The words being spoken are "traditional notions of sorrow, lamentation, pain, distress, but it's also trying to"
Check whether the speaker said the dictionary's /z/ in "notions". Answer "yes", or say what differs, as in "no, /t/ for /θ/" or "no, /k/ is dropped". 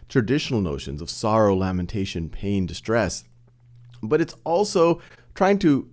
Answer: yes